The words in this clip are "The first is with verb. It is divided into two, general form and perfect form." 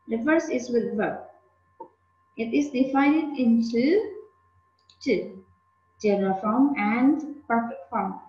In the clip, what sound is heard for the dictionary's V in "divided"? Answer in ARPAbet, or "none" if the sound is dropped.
F